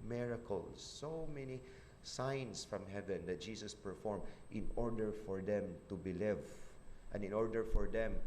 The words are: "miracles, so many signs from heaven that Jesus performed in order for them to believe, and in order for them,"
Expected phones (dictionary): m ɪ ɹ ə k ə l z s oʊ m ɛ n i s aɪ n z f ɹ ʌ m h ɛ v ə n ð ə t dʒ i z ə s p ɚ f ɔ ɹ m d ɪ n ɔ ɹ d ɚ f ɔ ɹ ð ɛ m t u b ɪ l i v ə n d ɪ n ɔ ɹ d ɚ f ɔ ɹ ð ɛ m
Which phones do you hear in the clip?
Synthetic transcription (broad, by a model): m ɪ ɹ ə k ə l s oʊ m ɛ n i s aɪ n s f ɹ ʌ m h ɛ v ə n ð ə t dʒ i s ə s p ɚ f ɔ ɹ m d ɪ n ɔ ɹ d ɚ f ɔ ɹ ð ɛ m t u b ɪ l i v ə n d ɪ n ɔ ɹ d ɚ f ɔ ɹ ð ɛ m